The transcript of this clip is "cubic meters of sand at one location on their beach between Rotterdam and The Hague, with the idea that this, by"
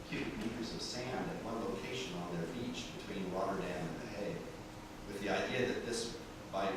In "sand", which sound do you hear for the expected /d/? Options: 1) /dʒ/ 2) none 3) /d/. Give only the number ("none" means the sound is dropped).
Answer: 3